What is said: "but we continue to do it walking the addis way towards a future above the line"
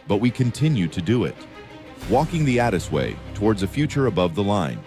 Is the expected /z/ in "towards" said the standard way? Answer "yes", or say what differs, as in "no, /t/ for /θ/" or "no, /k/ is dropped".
yes